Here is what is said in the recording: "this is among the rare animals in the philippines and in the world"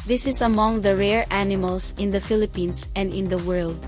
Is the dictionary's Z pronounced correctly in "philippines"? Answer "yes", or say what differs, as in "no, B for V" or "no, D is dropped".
no, S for Z